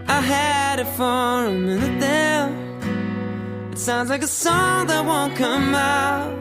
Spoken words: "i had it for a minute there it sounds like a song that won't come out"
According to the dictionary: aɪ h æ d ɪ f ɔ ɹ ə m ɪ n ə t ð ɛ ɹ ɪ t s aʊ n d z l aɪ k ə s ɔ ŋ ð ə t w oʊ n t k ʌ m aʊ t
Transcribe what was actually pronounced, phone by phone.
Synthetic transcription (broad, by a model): aɪ h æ d ɪ f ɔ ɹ ə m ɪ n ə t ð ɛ l ɪ t s aʊ n d z l aɪ k ə s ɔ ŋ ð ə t w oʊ n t k ʌ m aʊ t